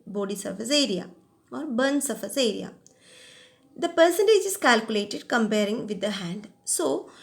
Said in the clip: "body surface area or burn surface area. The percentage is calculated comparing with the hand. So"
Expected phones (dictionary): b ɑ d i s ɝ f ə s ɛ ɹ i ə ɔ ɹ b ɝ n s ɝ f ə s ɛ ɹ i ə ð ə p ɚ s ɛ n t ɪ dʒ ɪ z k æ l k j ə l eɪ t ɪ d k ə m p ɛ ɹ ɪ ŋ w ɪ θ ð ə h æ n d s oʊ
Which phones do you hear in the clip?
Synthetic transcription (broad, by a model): b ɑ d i s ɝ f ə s ɛ ɹ i ə ɔ ɹ b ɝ n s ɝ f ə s ɛ ɹ i ə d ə p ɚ s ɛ n t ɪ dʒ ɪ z k æ l k j ə l eɪ t ɪ d k ə m p ɛ ɹ ɪ ŋ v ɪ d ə h æ n d s oʊ